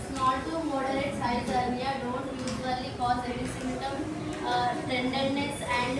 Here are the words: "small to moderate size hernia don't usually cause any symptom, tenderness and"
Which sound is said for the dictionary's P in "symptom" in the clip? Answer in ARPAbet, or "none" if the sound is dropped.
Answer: none